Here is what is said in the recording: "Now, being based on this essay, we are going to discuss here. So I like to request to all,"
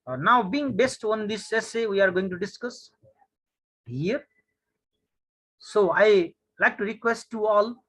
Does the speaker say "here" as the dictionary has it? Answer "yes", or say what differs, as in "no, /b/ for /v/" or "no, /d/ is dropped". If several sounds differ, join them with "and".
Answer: yes